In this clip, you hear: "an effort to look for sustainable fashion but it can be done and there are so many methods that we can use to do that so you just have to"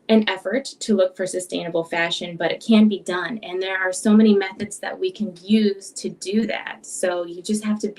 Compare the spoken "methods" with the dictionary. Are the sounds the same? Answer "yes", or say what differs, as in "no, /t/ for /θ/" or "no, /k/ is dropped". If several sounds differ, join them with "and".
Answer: yes